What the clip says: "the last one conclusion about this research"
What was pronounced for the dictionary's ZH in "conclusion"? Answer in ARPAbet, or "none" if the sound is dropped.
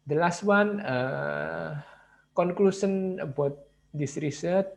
S